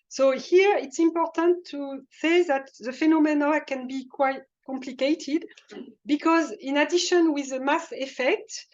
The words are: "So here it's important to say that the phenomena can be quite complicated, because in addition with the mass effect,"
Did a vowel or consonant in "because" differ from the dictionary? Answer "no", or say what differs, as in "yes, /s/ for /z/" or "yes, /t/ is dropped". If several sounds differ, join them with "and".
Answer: no